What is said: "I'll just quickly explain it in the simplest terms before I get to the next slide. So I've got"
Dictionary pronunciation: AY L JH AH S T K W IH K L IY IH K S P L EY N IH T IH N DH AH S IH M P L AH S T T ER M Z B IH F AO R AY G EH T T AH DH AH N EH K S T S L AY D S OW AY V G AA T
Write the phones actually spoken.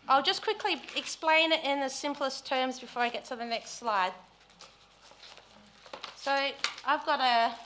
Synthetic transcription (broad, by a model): AY L JH AH S K W IH K L IY IH K S P L EY N IH T IH N DH AH S IH M P L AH S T T ER M Z B IH F AO R AY G EH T T AH DH AH N EH K S T S L AY D S OW AY V G AA T